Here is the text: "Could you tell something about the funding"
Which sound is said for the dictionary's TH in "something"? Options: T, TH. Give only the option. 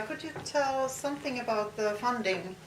TH